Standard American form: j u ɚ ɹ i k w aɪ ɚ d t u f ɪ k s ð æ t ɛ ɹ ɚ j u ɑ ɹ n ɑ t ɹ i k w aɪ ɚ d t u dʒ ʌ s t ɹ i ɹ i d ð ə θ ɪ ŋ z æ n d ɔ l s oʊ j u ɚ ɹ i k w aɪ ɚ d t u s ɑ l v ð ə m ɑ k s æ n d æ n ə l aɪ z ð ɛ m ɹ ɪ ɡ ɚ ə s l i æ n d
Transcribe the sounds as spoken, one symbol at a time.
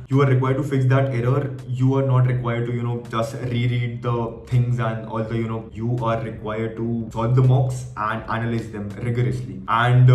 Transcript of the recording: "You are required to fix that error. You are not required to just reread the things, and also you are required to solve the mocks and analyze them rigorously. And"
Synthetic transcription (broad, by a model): j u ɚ ɹ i k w aɪ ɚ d t u f ɪ k s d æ t ɛ ɹ ɚ j u ɑ ɹ n ɑ t ɹ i k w aɪ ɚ d t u dʒ ʌ s t ɹ i ɹ i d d ə t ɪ ŋ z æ n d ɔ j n oʊ j u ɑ ɹ i k w aɪ ɚ d t u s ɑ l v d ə m ɑ k s æ n d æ n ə l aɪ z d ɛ m ɹ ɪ ɡ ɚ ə s l i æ n d